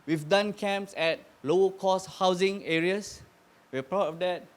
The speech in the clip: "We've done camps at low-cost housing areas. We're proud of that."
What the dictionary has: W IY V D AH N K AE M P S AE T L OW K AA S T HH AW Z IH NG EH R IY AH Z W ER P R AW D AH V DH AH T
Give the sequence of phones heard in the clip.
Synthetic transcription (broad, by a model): W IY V D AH N K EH M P S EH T L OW K AA S HH AW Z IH NG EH R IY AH S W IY P R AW AH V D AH T